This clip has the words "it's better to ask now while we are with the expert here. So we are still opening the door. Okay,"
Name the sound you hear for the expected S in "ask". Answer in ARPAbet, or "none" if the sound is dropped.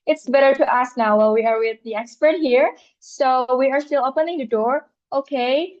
S